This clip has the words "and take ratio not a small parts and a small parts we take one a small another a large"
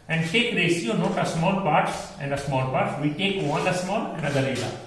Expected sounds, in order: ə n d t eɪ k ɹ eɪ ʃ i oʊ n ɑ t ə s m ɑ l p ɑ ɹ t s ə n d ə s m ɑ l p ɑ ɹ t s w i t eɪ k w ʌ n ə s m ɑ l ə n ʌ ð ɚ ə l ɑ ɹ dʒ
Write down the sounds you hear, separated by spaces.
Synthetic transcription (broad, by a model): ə n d t eɪ k ɹ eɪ s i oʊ n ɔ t ə s m ɑ l p ɑ ɹ t s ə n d ə s m ɑ l p ɑ ɹ t s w i t eɪ k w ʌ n ə s m ɑ l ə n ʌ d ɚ ə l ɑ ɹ